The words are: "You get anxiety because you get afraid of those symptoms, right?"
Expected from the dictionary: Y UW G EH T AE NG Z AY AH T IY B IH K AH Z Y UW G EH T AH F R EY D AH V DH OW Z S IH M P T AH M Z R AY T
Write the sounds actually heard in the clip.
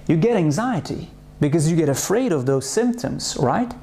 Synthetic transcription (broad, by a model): Y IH G EH T AE NG Z AY AH T IY B IH K AH Z Y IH G EH T AH F R EY D AH V DH OW Z S IH M P T AH M Z R AY T